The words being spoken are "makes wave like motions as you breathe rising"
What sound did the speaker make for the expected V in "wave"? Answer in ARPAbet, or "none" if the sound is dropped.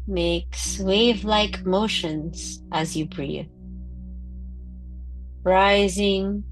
V